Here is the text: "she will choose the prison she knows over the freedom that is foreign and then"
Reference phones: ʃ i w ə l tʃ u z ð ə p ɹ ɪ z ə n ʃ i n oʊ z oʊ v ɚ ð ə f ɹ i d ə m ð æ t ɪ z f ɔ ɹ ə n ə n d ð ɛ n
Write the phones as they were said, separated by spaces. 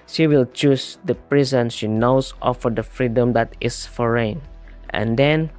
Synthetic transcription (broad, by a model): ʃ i w ə l tʃ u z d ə p ɹ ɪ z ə n ʃ i n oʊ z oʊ f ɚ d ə f ɹ i d ə m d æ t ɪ s f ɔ ɹ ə n ə n d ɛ n